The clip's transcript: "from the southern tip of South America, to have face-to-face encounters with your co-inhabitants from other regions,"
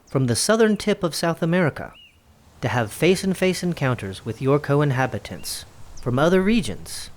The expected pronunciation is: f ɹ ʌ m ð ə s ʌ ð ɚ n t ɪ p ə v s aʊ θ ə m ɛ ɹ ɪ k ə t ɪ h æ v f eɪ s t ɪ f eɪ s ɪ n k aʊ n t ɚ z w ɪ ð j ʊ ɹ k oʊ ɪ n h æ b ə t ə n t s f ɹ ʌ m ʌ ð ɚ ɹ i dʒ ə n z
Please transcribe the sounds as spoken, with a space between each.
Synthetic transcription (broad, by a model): f ɹ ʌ m ð ə s ʌ ð ɚ n t ɪ p ə v s aʊ θ ə m ɛ ɹ ɪ k ə t ɪ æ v f eɪ s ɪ f eɪ s ɪ n k aʊ n t ɚ z w ɪ ð j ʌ ɹ k oʊ ɪ n h æ b ə t ə n t s f ɹ ʌ m ʌ ð ɚ ɹ i dʒ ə n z